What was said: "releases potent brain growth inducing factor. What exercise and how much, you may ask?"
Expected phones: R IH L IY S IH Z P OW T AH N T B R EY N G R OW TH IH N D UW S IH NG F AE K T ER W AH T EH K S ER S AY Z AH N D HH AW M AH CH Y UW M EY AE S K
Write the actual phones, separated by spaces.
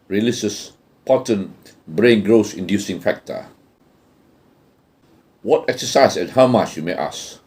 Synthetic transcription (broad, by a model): R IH L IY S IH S P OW T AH N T B R EY N G R OW S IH N D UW S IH NG F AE K T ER W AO T EH K S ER S AY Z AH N HH AW M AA CH Y UW M EY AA S